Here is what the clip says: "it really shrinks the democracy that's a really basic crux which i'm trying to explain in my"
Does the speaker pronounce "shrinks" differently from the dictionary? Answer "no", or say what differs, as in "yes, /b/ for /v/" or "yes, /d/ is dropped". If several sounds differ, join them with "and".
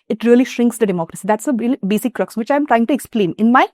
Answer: no